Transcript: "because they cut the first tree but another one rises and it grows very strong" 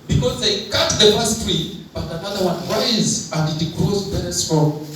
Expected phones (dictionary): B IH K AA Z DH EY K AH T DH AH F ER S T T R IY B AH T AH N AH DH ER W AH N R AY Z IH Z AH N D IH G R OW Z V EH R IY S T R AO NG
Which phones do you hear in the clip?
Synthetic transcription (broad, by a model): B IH K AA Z DH EY K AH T DH AH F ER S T T R IY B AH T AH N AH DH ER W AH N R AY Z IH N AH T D IH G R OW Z B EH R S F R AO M